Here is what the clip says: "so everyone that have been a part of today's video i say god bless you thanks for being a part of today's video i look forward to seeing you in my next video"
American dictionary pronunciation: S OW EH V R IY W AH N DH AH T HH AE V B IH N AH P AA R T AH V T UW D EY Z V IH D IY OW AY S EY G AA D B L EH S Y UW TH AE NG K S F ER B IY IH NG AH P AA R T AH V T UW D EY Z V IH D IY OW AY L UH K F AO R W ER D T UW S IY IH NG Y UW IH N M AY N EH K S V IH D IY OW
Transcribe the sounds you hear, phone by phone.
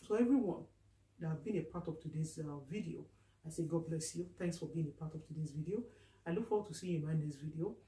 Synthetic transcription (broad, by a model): S OW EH V R IY W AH N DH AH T HH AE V B IH N AH P AA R T AH V T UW D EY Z V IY D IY OW AY S EY G AA D B L EH S Y UW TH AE NG K S F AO B IY IH NG AH P AA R T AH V T UW D EY Z V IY D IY OW AY L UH K F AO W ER T UW S IY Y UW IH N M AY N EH S V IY D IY OW